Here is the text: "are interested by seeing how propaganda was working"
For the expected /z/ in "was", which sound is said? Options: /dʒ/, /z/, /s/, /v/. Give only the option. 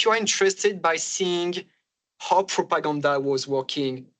/z/